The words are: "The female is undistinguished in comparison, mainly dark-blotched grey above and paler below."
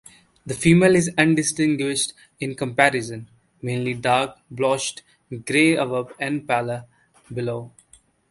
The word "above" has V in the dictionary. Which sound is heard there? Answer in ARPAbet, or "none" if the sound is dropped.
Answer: P